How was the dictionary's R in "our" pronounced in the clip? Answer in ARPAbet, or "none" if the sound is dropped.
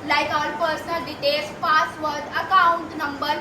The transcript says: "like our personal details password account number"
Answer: L